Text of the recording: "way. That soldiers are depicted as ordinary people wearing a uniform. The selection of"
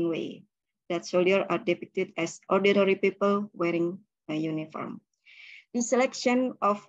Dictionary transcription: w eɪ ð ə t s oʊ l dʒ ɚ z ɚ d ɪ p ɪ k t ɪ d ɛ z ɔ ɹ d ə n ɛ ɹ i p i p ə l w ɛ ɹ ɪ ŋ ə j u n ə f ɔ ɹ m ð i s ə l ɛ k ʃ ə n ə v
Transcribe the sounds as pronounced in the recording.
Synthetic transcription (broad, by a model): w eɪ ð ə t s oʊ l ɚ ɑ d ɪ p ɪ k t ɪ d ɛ s ɔ ɹ d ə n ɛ ɹ i p i p ə l w ɛ ɹ ɪ ŋ ə j u n ə f ɔ ɹ m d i s ə l ɛ k ʃ ə n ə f